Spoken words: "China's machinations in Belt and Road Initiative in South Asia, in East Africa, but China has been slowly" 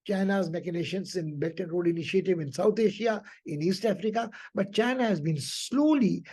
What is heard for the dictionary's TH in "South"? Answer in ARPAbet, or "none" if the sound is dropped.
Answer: T